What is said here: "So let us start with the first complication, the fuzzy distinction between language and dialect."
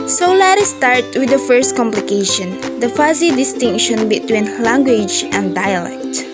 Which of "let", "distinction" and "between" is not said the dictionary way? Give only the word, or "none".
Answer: none